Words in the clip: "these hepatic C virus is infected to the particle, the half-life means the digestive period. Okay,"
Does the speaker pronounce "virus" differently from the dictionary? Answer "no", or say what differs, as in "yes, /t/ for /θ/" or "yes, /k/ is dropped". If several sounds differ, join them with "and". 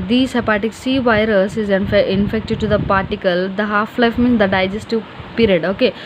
no